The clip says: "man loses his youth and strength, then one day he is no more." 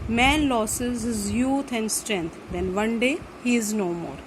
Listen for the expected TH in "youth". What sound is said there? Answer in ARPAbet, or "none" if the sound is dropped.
T